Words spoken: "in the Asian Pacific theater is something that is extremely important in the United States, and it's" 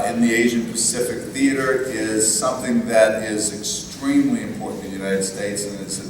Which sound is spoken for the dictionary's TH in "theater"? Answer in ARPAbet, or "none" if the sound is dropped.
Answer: TH